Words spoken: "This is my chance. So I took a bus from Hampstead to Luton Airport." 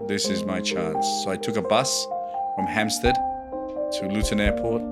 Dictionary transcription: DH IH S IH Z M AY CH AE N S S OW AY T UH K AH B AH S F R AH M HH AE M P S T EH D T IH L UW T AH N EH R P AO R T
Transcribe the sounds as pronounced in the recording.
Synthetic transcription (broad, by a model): DH IH S IH Z M AY CH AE N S S OW AY T UH K AH B AH S F R AH M HH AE M S T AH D T IH L UW T AH N EH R P AO R T